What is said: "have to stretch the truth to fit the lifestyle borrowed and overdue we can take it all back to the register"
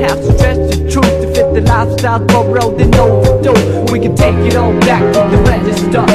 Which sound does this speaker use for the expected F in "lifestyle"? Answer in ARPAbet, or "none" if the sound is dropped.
none